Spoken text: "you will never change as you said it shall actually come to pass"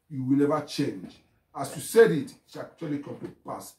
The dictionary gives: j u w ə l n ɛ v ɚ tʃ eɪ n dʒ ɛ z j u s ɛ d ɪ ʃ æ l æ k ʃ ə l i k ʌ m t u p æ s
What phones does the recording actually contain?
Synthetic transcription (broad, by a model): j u w ə l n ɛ v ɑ tʃ eɪ n dʒ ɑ s j u s ɛ d ɪ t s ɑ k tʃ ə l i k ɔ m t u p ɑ s